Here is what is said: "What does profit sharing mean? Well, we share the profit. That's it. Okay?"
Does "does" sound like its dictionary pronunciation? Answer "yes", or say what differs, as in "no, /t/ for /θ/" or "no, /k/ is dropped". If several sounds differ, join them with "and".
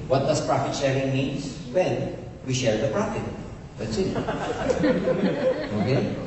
no, /s/ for /z/